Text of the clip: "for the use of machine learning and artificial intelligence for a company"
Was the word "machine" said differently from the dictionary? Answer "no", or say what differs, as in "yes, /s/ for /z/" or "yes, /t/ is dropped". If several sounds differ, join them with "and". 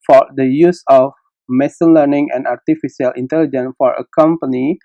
yes, /s/ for /ʃ/